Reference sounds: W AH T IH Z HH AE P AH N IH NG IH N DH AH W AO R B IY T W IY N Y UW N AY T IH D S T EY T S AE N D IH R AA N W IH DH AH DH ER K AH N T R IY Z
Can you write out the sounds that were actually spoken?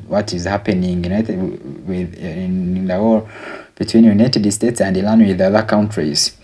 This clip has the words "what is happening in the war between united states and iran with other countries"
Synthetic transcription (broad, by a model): W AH T IH Z HH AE P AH N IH NG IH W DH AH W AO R B IY T W IY N Y UW N AY T IH D S T EY T S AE N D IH L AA N W IH DH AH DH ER K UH N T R IY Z